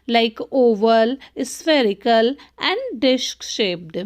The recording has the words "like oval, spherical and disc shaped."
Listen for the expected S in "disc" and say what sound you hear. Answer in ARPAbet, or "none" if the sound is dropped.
SH